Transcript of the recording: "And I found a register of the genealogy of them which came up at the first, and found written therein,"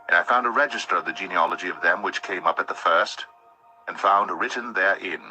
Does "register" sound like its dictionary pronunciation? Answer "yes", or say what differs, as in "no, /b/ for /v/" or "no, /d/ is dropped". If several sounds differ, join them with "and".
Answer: yes